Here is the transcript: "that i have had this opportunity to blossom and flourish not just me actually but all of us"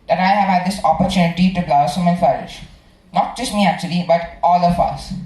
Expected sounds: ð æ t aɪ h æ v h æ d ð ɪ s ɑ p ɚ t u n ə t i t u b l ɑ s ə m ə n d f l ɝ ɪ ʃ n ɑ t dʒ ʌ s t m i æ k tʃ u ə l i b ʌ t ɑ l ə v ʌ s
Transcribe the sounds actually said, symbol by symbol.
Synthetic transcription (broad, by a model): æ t aɪ h æ v h æ d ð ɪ s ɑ p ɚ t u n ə t i t u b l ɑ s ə m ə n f ɝ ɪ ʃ n ɑ t dʒ ʌ s t m i æ k tʃ u ə l i b ʌ t ɑ l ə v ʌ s